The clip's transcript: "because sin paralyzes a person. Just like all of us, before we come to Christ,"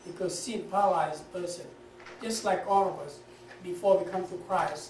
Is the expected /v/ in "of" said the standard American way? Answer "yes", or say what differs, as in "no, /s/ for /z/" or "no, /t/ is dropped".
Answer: yes